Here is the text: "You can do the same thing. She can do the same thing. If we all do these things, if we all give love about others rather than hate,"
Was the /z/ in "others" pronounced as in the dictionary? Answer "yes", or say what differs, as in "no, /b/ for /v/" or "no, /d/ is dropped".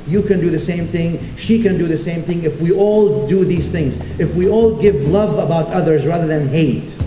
yes